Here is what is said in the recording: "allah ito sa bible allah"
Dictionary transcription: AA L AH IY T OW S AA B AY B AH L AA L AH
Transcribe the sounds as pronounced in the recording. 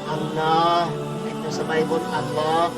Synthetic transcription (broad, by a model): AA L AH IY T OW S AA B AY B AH N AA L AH